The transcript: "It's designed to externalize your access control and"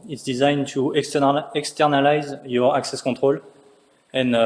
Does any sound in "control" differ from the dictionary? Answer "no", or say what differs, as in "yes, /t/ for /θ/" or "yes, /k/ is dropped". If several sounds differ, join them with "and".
yes, /n/ is dropped